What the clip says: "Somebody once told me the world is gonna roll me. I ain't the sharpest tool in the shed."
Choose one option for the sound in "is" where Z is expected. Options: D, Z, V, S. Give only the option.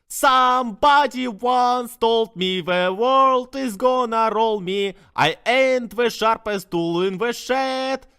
Z